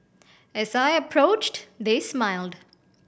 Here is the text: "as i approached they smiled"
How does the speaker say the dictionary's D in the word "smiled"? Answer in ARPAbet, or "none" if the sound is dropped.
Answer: D